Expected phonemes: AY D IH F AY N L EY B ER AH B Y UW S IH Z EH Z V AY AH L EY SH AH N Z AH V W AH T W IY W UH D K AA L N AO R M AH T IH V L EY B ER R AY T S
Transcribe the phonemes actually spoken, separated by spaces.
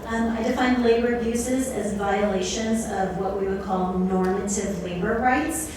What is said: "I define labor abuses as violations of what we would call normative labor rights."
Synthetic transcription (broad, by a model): AY D IH F AY N L EY B ER AH B Y UW S IH Z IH Z V AY AH L EY SH AH N Z AH V W AH T W IY W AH D K AA L N AO R M AH T IH V L EY B ER R AY T S